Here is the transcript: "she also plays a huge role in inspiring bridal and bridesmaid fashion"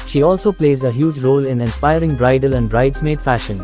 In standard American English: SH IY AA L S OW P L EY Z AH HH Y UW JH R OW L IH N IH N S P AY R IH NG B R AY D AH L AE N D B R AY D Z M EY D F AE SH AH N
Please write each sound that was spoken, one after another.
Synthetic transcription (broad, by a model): SH IY AA L S OW P L EY Z AH HH Y UW JH R OW L IH N IH N S P AY R IH NG B R AY D AH L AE N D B R AY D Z M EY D F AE SH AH N